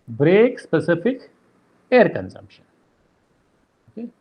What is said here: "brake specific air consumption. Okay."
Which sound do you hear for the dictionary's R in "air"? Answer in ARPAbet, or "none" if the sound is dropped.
R